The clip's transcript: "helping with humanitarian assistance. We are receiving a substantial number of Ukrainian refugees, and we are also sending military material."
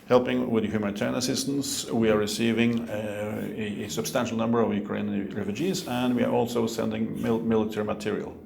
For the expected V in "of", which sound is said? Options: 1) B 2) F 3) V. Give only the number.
3